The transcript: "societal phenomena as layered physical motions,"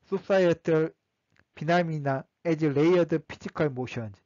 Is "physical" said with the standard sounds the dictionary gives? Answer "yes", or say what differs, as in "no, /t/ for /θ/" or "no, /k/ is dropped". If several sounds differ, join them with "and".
no, /p/ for /f/